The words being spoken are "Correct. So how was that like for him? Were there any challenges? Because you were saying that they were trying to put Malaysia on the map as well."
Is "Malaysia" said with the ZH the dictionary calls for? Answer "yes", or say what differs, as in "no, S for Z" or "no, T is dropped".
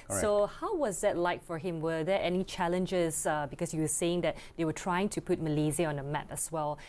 no, Z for ZH